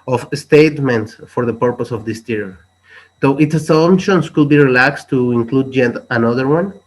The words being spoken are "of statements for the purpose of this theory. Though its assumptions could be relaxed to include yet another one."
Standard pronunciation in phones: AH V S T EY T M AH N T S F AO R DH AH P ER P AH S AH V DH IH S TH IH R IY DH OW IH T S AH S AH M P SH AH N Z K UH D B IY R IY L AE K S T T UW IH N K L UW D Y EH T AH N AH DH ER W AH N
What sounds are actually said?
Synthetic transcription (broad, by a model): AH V S T EY T M AH N T S F AO R DH AH P ER P AH S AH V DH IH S T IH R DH OW IH T S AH S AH M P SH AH N S K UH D B IY R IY L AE K S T T UW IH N K L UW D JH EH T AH N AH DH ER W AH N